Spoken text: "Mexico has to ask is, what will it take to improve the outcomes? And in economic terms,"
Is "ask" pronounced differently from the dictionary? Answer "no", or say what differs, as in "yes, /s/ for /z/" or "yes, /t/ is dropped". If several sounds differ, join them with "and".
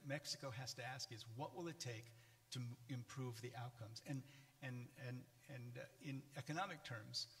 no